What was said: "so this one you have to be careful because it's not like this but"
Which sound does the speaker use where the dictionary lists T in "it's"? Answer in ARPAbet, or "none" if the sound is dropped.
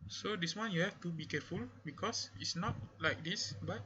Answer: T